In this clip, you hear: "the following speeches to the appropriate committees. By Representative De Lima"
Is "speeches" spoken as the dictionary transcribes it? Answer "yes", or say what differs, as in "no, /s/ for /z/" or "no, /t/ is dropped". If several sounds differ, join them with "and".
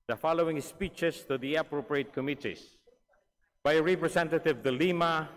no, /s/ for /z/